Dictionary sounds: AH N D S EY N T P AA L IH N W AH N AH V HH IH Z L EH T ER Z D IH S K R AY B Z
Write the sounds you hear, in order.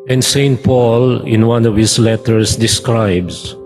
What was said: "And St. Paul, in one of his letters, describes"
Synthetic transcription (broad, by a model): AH N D S EY N T P AA L IH N W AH N AH V HH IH S L EH T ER S D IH S K R AY B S